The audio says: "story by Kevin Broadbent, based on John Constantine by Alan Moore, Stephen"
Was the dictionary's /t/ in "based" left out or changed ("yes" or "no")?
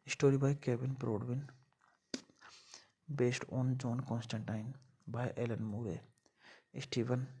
no